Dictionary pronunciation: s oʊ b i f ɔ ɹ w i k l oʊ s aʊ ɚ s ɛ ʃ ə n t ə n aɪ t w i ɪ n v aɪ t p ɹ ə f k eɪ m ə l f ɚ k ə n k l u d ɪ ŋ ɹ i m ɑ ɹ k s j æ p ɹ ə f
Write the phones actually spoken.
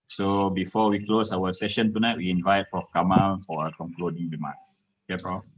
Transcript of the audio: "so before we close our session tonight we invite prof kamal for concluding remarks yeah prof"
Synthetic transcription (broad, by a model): s oʊ b i f ɔ w i k l oʊ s aʊ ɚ s ɛ ʃ ə n t ə n aɪ t w i ɪ n v aɪ t p ɹ ə f k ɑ m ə n f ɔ k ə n k l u d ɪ ŋ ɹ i m ɑ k s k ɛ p ɹ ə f